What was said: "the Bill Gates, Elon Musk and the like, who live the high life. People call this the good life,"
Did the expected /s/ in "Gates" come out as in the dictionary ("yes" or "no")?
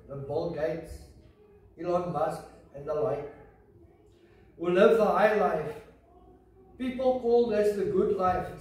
yes